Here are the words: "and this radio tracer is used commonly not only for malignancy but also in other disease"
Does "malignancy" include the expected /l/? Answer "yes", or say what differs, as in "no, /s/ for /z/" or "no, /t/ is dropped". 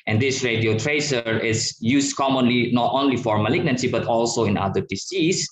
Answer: yes